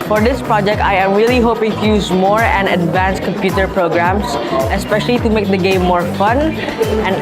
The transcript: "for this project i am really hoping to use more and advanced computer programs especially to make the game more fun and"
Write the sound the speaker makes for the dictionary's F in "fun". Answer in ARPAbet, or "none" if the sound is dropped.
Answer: F